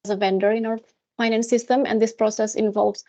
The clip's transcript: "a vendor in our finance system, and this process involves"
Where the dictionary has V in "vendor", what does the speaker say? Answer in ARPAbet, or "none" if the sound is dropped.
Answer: V